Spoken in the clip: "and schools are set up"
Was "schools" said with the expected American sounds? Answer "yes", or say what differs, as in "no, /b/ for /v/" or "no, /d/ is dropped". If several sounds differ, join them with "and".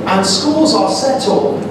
yes